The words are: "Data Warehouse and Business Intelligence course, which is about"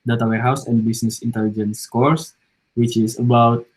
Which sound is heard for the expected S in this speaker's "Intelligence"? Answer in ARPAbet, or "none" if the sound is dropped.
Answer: S